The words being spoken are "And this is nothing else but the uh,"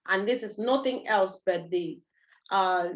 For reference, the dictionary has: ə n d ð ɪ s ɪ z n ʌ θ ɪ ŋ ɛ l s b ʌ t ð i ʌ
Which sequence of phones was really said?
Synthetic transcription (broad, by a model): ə n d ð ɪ s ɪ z n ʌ t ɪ ŋ ɛ l s b ʌ t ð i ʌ